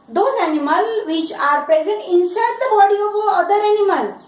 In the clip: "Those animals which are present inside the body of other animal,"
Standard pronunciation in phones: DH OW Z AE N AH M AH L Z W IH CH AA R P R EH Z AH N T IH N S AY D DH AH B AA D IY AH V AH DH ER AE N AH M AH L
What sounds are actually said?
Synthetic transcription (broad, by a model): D OW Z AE N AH M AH L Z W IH CH AA R P R EH Z AH N T IH N S AY D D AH B AA D IY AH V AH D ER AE N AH M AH L